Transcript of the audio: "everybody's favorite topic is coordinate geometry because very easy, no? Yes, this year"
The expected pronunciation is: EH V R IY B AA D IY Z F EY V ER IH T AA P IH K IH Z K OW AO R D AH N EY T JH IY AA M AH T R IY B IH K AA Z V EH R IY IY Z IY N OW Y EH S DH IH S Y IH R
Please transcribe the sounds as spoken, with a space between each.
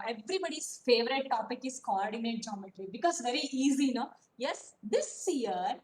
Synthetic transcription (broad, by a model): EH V R IY B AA D IY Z F EY V ER IH T AA P IH K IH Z K OW AO R D AH N EY T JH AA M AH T L IY B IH K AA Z V EH R IY IY Z IY N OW Y EH S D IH S Y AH R